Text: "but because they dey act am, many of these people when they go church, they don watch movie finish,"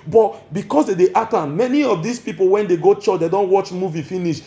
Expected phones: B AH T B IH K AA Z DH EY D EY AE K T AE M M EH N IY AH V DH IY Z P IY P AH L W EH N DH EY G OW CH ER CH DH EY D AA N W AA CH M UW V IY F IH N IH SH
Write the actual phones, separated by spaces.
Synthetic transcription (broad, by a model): B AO T B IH K AA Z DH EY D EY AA T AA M M EH N IY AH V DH IY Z P IY P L W EH N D EY G OW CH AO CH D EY D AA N W AA CH M UW V IY F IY N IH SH